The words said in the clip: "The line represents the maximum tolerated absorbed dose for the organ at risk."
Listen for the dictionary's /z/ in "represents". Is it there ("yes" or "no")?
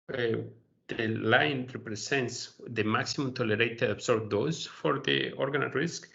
no